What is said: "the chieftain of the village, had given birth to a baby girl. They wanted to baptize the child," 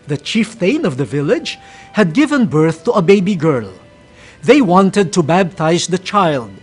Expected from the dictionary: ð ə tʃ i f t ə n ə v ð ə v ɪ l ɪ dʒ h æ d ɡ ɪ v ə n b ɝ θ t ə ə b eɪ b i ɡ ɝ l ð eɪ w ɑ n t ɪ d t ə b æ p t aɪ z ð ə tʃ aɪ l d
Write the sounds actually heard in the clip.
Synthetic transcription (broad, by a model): ð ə tʃ i f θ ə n ə v ð ə v ɪ l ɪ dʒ h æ d ɡ ɪ v ə n b ɝ θ t ə ə b eɪ b i ɡ ɝ l ð eɪ w ɑ n t ɪ d t ə b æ b t aɪ z ð ə tʃ aɪ l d